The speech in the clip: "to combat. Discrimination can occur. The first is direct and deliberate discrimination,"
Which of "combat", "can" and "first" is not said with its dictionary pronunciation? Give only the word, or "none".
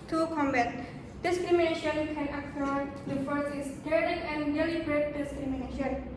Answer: first